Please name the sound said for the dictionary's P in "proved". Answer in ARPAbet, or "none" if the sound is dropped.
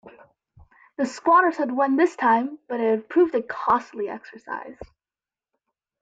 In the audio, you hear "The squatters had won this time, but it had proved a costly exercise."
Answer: P